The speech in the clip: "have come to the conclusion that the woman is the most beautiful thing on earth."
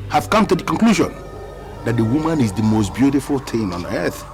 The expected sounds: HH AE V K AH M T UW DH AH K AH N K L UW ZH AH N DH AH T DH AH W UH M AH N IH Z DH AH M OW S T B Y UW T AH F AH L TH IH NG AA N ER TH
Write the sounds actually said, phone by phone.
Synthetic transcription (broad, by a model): HH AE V K AH M T UW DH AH K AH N K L UW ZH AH N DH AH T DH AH W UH M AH N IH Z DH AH M OW S T B Y UW T AH F AH L T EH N AA N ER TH